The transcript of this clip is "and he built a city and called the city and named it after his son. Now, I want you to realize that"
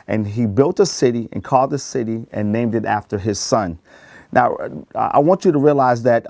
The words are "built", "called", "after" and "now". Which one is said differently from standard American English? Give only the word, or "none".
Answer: none